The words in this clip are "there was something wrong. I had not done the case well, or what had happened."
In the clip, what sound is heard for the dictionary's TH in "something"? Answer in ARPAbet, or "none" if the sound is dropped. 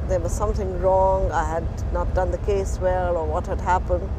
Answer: TH